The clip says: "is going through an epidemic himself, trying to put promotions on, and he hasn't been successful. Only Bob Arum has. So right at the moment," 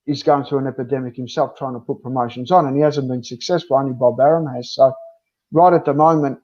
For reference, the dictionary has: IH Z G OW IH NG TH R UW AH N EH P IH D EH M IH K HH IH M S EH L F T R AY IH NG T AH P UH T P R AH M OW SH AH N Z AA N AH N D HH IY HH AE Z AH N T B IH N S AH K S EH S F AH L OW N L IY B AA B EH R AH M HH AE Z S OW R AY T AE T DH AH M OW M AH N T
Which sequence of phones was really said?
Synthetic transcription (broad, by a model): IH Z G OW IH NG TH R UW AH N EH P IH D EH M IH K HH IH M S EH L F T R AY IH NG T AH P UH T P R AH M OW SH AH N Z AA N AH N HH IY HH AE Z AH N B IH N S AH K S EH S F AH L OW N IY B AA B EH R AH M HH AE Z S OW R AY T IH T DH AH M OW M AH N T